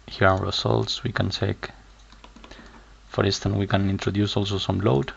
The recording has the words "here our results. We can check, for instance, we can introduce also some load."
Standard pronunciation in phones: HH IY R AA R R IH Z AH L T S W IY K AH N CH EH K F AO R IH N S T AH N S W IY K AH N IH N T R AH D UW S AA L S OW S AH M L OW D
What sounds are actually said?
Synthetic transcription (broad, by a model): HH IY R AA W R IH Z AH L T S W IY K AH N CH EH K F AO R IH N S T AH N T W IY K AH N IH N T R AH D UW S AA L S OW S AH M L OW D